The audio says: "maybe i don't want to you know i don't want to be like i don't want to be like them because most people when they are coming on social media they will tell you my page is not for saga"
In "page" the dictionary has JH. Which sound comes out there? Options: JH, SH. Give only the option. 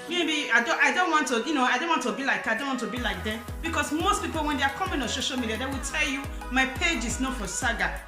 JH